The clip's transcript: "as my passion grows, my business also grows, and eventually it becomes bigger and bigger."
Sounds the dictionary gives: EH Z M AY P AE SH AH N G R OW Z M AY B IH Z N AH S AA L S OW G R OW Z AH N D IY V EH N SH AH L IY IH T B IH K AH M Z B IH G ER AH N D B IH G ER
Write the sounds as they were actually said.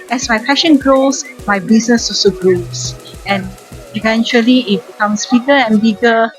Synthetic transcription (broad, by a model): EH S M AY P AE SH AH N G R OW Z M AY B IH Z N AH S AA S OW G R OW S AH N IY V EH N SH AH L IY IH T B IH K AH M S B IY G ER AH N B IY G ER